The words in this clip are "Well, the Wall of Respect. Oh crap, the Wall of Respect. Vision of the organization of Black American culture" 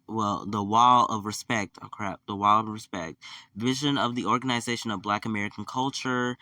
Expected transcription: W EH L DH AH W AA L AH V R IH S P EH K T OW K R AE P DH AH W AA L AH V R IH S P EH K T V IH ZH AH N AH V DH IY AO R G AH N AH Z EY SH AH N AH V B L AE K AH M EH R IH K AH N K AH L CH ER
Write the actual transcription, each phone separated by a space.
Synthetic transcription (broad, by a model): W EH L DH AH W AA L AH V R IH S P EH K T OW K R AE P DH AH W AA L AH V R IH S P EH K T V IH ZH AH N AH V DH IY AO R G AH N AH Z EY SH AH N AH V B L AE K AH M EH R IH K N K AH L CH ER